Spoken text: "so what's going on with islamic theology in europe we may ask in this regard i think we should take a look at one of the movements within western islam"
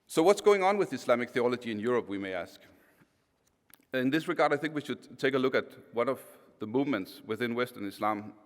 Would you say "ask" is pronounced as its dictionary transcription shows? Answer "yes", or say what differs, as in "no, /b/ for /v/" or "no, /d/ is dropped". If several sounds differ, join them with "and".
yes